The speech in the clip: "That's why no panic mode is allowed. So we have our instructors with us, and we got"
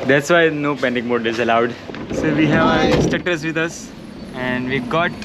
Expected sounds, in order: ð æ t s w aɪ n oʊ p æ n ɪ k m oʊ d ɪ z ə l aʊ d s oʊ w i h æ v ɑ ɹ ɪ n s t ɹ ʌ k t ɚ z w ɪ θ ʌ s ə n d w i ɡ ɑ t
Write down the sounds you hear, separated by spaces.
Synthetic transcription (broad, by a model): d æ t s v aɪ n oʊ p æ n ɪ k m oʊ d ɪ z ə l aʊ d s oʊ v i h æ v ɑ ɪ s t ʌ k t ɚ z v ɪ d ʌ s ə n d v i ɡ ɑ t